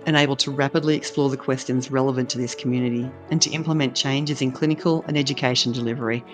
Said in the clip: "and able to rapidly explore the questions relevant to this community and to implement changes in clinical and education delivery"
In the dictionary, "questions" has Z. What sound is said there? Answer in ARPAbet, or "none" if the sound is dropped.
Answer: Z